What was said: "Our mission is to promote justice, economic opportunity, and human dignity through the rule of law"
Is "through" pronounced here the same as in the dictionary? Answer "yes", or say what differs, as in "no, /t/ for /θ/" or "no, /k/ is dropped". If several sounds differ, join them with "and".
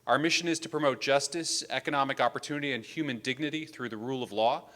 yes